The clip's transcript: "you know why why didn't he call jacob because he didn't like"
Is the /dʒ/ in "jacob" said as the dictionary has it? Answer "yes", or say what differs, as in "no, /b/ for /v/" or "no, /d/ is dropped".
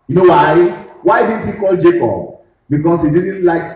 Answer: yes